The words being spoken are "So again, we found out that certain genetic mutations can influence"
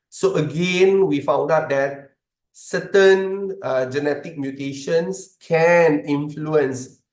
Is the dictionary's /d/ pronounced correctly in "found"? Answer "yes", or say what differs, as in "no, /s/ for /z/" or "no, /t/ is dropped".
yes